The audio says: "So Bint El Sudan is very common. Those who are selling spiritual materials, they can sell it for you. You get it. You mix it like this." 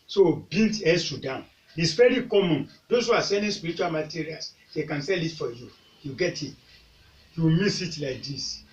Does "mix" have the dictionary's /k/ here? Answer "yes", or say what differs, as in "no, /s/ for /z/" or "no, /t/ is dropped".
no, /k/ is dropped